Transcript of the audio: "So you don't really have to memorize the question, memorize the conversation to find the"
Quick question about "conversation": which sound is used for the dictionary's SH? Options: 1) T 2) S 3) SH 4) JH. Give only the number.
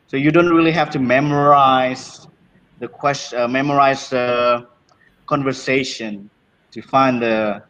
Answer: 3